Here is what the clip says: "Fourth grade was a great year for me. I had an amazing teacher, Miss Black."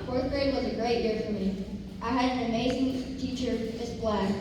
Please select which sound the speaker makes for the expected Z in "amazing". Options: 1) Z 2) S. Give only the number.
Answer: 1